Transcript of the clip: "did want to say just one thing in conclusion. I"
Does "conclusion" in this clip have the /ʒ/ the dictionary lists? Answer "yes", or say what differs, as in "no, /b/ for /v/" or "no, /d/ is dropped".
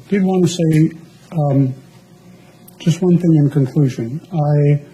yes